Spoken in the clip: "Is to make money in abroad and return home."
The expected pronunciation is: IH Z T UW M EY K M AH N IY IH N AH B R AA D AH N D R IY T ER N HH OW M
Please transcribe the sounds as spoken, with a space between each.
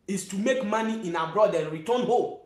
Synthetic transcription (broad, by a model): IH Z T UW M EY K M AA N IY IH N AH B R AA D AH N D R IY T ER N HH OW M